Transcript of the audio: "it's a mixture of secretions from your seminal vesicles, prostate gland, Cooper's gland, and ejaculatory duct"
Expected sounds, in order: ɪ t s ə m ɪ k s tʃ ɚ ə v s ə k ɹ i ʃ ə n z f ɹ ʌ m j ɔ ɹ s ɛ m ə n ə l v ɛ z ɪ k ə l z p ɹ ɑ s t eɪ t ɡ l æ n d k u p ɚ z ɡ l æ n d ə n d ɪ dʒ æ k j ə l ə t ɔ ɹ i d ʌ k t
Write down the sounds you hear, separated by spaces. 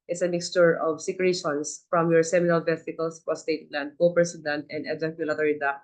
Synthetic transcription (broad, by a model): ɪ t s ə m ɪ k s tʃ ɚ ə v s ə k ɹ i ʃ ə n s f ɹ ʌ m j ɔ ɹ s ɛ m ə n ə l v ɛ s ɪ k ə l s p ɑ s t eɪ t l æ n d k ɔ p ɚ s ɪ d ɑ n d ə n d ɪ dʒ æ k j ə l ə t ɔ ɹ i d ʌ